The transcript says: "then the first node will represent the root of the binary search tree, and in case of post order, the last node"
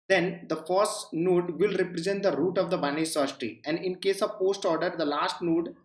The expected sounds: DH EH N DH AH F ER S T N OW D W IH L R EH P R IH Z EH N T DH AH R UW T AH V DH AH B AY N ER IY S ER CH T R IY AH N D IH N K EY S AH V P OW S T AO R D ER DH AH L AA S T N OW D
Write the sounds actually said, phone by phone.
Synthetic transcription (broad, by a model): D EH N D AH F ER S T N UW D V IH L R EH P R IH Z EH N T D AH R UW T AH V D AH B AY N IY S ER SH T IY AH N D IH N K EY S AH V P OW S T AO R D ER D AH L AA S T N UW D